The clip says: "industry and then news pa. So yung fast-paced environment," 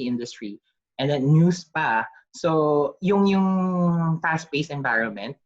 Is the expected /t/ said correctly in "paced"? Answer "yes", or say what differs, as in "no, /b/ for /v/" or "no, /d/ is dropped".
no, /t/ is dropped